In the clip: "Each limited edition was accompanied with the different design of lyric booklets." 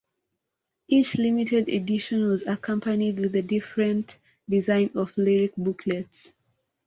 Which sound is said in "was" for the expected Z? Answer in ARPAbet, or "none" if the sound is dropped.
Z